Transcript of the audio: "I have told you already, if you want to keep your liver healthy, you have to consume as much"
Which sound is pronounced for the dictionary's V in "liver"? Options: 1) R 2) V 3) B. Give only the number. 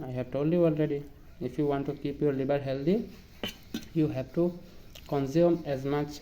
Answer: 3